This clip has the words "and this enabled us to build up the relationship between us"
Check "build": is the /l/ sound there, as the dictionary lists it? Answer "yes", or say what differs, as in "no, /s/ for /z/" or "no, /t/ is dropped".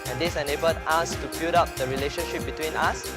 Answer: no, /l/ is dropped